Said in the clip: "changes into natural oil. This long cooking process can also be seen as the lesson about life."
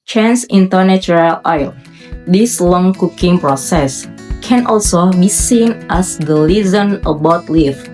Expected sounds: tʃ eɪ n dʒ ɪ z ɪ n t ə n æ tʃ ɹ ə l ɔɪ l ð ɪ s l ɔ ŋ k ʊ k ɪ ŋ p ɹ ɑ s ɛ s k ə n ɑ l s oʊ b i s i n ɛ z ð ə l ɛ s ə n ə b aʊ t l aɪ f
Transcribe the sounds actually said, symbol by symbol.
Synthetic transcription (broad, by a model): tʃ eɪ n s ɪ ɪ n t ə n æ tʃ ɹ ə l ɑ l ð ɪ s l ɔ ŋ k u k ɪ ŋ p ɹ ɑ s ɛ s k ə n ɑ l s oʊ b i s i n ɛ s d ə l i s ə n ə b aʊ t l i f